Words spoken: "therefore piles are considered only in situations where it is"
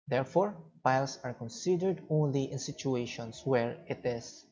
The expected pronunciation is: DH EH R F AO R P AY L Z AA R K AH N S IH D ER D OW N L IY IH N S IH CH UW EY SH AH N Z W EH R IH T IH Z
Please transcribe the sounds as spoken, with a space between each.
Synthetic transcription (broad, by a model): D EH R F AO R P AY L S AA R K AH N S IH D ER D OW N L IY IH N S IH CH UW EY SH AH N S W EH R IH T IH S